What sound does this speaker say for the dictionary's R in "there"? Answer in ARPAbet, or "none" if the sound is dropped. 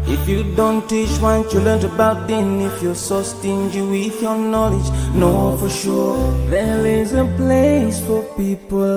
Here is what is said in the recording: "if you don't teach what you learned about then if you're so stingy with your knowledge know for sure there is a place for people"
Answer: L